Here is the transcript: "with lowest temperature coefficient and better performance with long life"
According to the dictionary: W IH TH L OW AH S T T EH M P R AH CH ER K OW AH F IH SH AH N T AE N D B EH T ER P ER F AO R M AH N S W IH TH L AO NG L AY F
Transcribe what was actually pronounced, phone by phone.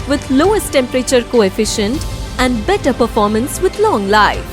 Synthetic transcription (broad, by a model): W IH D L OW AH S T T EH M P R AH CH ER K OW AH F IH SH AH N T AE N D B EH T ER P ER F AO R M AH N S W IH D L AO NG L AY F